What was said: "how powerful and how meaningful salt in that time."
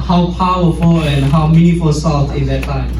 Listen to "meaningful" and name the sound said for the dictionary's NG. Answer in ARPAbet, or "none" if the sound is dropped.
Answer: none